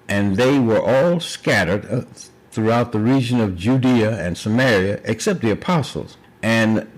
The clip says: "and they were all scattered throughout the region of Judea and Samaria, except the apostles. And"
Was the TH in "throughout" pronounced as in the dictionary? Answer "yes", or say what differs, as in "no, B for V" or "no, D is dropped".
yes